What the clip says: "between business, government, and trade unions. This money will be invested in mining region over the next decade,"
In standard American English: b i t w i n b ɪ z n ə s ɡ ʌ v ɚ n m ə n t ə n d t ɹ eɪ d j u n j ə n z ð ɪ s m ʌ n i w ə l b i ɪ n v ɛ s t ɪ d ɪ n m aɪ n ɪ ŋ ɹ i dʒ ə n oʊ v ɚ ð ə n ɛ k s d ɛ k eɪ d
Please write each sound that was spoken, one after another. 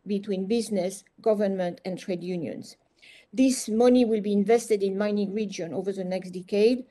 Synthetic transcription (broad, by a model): b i t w i n b ɪ z n ə s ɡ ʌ v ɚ n m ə n t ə n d t ɹ eɪ d j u n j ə n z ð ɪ s m ʌ n i w ə l b i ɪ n v ɛ s t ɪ d ɪ n m aɪ n ɪ ŋ ɹ i dʒ ə n oʊ v ɚ ð ə n ɛ k s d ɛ k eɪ d